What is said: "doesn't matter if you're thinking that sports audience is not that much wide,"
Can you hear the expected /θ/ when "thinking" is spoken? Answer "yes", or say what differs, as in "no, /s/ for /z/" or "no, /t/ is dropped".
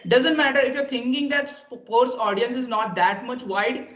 no, /t/ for /θ/